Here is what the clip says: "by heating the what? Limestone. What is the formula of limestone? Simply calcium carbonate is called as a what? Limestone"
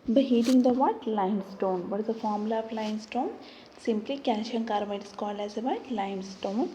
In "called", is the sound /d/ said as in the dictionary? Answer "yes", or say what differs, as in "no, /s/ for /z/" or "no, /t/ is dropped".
no, /d/ is dropped